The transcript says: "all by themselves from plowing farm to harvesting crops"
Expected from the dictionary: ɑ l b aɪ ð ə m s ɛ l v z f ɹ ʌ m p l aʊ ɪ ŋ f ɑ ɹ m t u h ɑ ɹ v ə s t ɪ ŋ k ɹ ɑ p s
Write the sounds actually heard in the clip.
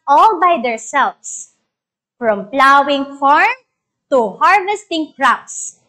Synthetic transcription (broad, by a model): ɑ l b aɪ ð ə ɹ s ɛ l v s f ɹ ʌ m p l aʊ ɪ ŋ f ɑ ɹ m t u h ɑ ɹ v ə s t ɪ ŋ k ɹ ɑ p s